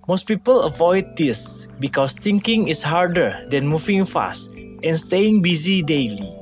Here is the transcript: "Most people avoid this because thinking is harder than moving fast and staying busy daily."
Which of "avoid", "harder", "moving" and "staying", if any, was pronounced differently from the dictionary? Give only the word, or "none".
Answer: none